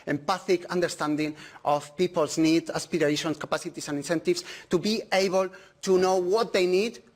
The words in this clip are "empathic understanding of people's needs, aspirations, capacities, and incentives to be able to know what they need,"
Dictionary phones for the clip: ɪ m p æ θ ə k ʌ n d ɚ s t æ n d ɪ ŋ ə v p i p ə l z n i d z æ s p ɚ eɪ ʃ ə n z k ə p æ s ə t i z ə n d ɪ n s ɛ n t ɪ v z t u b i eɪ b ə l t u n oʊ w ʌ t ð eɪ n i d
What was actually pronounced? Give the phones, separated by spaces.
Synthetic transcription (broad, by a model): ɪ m p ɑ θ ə k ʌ n d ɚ s t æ n d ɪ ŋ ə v p i p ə l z n i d ɑ s p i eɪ ʃ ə n s k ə p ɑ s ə t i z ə n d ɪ n s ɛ n t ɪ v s t u b i eɪ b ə l t u n oʊ w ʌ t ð eɪ n i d